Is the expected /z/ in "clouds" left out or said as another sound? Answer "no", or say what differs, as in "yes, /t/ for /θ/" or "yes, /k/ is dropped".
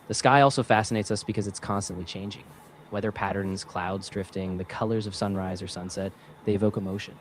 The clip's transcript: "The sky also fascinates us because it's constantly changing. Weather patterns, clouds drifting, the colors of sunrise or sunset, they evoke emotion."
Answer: no